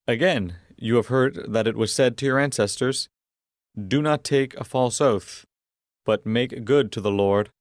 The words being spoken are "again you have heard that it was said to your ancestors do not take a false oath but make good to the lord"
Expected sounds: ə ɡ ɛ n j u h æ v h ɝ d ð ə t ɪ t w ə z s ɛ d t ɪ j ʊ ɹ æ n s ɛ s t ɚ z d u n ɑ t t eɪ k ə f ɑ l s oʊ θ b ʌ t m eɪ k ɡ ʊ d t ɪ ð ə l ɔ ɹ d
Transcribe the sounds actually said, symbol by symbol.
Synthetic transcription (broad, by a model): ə ɡ ɛ n j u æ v h ɝ d ð ə t ɪ t w ə z s ɛ d t ɪ j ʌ ɹ æ n s ɛ s t ɚ z d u n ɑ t t eɪ k ə f ɑ l s oʊ θ b ʌ t m eɪ k ɡ ʊ d t ɪ ð ə l ɔ ɹ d